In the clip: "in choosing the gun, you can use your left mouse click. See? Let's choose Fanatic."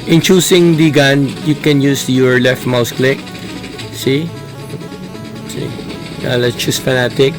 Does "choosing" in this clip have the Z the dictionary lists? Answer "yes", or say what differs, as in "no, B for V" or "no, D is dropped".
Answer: no, S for Z